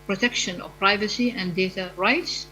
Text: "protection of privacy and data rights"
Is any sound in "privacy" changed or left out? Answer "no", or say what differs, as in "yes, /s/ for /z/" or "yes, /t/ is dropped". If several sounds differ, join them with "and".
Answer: no